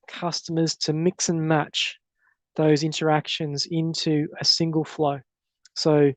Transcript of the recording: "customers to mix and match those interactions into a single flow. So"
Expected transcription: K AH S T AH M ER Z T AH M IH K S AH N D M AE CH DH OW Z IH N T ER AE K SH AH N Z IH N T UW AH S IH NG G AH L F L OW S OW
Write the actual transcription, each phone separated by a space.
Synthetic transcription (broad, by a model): K AH S T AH M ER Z T AH M IH K S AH N M AE CH DH OW Z IH N T ER AE K SH AH N Z IH N T UW AH S IH NG G AH L F L OW S OW